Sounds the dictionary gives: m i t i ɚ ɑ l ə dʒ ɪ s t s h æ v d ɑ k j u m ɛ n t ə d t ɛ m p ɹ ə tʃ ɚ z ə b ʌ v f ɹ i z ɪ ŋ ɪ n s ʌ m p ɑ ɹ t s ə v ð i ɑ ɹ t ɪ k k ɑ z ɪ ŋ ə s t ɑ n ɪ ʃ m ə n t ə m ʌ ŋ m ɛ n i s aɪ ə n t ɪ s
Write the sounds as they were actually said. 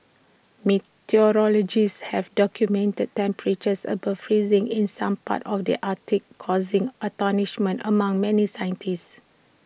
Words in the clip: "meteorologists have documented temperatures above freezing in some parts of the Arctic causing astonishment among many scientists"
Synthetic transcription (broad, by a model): m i t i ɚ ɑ l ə dʒ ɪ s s h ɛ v d ɑ k j u m ɛ n t ə d t ɛ m p ɹ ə tʃ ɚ s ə b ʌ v f ɹ i z ɪ ŋ ɪ n s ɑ m p ɑ t ə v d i ɑ t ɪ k k ɑ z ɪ ŋ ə t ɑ n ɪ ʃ m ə n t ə m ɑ ŋ m ɛ n i s aɪ ə n t ɪ s